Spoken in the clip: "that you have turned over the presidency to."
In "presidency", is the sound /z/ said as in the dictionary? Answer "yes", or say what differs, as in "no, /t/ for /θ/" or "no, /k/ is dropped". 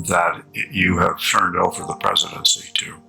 yes